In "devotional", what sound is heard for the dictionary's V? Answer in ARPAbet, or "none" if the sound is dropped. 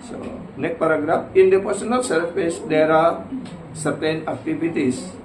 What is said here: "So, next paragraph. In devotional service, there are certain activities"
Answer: P